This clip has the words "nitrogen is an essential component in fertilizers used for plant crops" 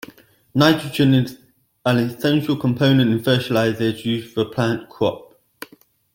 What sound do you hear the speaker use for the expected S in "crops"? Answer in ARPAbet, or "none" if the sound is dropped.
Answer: none